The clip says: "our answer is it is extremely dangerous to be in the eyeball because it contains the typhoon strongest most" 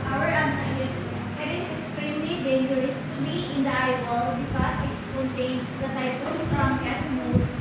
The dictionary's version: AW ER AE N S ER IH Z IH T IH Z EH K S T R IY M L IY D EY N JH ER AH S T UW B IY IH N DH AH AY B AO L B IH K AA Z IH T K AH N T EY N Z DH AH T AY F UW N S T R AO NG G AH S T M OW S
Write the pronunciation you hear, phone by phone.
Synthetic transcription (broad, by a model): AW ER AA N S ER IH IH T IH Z EH K S T R IY M L IY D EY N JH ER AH S T UW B IY IH N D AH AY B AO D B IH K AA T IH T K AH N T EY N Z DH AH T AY P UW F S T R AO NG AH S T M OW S